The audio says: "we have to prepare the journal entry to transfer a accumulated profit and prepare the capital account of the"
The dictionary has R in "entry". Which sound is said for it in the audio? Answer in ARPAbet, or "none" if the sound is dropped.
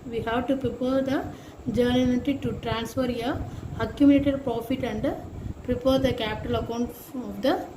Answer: none